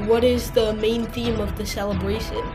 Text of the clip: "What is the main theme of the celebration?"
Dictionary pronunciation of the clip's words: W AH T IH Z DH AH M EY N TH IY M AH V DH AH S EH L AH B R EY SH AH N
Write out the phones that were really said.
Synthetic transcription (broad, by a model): W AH T IH Z DH AH M EY N TH IY M AH V DH AH S EH L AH B R EY SH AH N